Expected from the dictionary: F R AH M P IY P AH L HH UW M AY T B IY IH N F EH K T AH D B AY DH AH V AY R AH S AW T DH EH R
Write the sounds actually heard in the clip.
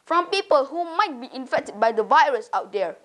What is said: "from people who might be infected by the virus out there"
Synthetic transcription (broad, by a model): F R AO M P IY P AH L HH UW M AY T B IY IH N F EH K T AH D B AY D AH V AY R AH S AW T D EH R